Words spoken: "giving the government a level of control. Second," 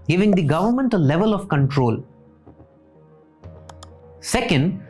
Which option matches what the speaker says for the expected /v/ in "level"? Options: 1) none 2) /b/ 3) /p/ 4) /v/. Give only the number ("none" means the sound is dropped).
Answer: 4